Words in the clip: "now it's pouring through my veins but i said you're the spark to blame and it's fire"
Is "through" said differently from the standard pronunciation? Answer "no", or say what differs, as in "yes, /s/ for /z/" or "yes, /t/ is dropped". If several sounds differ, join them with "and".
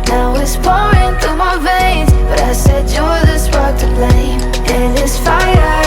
yes, /ɹ/ is dropped